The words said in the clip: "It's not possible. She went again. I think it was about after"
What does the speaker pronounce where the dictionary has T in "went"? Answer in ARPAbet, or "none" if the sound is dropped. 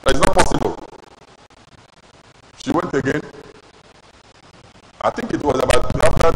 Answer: T